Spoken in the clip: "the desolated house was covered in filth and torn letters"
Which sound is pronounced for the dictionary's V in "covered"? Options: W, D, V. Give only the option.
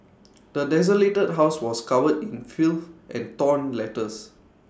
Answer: W